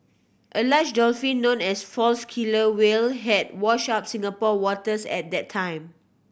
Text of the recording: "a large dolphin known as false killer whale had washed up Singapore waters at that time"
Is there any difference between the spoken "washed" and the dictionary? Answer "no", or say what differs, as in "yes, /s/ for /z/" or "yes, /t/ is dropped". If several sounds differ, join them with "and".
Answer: yes, /t/ is dropped